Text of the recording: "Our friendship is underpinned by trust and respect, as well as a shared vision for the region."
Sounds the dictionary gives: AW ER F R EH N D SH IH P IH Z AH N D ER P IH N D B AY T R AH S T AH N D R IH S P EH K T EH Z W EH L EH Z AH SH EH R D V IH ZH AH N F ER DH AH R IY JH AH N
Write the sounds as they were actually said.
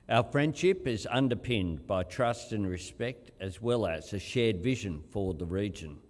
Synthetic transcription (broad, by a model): AW ER F R EH N D SH IH P IH Z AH N D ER P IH N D B AY T R AH S T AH N R IH S P EH K T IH Z W EH L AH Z AH SH EH R D V IH ZH AH N F ER DH AH R IY JH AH N